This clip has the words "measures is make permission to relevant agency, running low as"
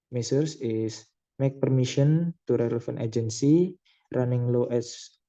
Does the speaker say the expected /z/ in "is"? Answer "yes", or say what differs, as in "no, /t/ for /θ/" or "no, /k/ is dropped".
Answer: no, /s/ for /z/